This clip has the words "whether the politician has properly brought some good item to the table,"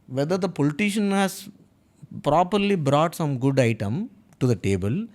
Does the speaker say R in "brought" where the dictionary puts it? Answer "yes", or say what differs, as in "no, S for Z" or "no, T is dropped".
yes